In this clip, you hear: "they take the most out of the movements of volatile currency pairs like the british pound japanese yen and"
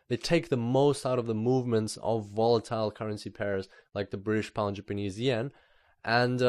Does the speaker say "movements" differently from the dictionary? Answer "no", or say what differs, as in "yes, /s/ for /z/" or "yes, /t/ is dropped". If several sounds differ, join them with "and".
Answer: no